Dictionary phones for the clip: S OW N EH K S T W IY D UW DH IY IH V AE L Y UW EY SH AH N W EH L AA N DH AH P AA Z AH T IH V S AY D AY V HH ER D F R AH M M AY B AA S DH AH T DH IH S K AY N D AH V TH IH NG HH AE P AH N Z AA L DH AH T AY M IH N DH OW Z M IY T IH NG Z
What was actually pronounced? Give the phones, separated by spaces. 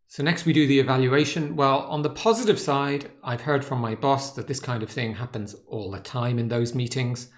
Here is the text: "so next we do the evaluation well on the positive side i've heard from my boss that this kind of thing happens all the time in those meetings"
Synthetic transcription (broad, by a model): S OW N EH K S T W IY D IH DH IY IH V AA L Y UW EY SH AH N W EH L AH N DH AH P AA Z AH T IH V S AY D AY V HH ER D F R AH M M AY B AA S DH AH T DH IH S K AY N D AH V TH IH NG HH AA P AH N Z AA L DH AH T AY M IH N DH OW Z M IY T IH NG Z